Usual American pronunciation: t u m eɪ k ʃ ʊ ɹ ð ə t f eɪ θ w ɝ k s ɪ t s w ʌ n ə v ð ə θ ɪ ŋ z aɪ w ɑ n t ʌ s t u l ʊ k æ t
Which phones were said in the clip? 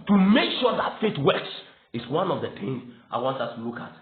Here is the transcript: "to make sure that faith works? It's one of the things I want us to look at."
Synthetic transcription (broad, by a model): t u m eɪ k ʃ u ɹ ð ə t f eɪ t w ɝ k s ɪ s w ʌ n ə v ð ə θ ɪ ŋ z aɪ w ɑ n t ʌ s t u l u k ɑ t